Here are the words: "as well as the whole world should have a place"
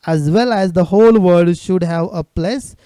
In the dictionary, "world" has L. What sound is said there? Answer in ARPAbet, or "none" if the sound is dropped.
none